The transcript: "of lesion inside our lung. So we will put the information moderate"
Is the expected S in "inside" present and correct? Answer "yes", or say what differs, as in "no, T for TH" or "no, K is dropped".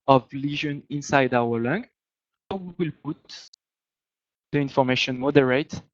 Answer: yes